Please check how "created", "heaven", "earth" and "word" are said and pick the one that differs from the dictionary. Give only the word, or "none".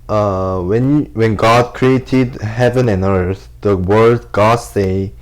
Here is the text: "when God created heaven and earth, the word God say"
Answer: none